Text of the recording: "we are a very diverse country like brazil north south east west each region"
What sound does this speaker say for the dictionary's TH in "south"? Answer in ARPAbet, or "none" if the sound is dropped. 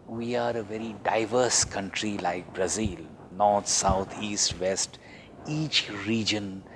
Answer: T